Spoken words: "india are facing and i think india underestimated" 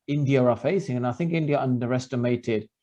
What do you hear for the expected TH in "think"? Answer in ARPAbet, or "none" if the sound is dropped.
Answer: TH